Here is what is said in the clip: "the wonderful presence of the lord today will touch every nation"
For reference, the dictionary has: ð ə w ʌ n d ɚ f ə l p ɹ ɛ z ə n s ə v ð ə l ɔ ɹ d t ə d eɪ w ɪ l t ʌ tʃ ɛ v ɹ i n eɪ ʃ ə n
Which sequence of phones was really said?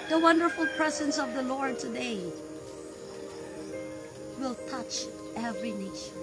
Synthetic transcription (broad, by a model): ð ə w ʌ n d ɚ f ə l p ɹ ɛ z ə n s ə v ð ə l ɔ ɹ d t ə d eɪ w ɪ l t ʌ tʃ ɛ v ɹ i n eɪ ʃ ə n